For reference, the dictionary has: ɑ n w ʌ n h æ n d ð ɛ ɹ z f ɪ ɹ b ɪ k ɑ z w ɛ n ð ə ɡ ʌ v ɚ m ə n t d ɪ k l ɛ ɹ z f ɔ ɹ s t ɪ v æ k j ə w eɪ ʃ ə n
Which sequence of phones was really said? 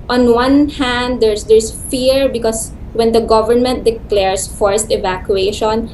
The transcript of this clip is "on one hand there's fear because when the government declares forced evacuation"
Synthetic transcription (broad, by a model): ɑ n w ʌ n h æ n d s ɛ ɹ s f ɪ ɹ b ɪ k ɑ s w ɛ n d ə ɡ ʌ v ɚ m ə n t d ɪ k l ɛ ɹ s f ɔ ɹ s t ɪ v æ k j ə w eɪ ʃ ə n